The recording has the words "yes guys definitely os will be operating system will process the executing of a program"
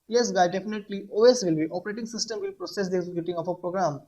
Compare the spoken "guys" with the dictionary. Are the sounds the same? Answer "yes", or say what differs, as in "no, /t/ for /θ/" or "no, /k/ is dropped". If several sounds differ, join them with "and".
no, /z/ is dropped